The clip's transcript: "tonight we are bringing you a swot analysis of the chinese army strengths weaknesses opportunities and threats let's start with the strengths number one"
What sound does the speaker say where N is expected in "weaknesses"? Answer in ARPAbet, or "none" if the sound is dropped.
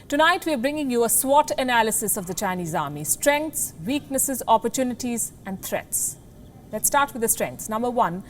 N